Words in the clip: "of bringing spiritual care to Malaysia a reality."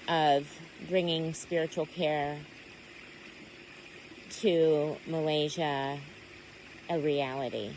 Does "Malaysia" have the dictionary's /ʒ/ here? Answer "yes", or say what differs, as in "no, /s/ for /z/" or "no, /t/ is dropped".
yes